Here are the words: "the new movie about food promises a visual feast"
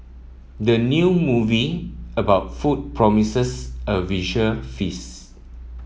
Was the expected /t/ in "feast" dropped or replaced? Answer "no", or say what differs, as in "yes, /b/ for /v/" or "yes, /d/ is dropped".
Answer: yes, /t/ is dropped